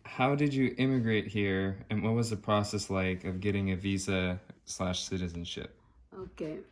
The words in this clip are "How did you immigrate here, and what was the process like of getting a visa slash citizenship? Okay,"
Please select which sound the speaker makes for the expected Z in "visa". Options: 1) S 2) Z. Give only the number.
2